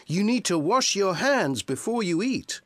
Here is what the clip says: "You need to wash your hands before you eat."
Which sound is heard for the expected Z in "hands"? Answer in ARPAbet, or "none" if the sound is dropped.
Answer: Z